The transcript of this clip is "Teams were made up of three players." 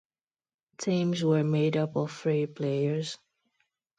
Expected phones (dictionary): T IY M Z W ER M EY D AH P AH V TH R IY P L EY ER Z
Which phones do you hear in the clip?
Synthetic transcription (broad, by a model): T IY M Z W ER M EY D AH P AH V F R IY P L EY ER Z